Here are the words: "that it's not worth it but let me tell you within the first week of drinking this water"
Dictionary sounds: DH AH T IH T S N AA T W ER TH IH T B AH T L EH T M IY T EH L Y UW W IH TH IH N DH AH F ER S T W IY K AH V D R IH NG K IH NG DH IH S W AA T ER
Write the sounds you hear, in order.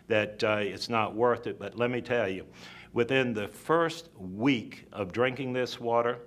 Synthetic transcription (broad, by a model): DH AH T IH T S N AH T W ER TH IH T B AH T L EH T M IY T EH L Y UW W IH TH IH N DH AH F ER S T W IY K AH V D R IH NG K IH NG DH IH S W AA T ER